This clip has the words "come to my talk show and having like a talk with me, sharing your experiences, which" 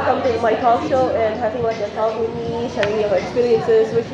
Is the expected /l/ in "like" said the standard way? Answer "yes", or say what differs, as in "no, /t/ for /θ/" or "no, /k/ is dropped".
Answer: no, /w/ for /l/